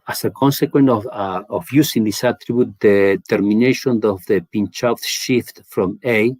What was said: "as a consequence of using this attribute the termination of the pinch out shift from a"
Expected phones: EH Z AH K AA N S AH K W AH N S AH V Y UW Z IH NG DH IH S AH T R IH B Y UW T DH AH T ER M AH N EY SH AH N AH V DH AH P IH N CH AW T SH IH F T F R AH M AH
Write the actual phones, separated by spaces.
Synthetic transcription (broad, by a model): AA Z AH K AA N S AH K W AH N AH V Y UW S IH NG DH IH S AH T R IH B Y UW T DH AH T ER M AH N EY SH AH N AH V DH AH P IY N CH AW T SH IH F T F R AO M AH